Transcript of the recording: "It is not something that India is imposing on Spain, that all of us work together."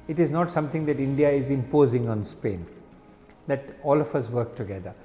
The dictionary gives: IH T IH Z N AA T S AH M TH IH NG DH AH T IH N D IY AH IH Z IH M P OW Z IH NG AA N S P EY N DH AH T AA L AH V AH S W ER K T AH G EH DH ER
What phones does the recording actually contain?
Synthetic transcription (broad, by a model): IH T IH Z N AA T S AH M T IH NG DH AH T IH N D IY AH IH Z IH M P OW Z IH NG AA N S P EY N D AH T AA L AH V AH S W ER K T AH G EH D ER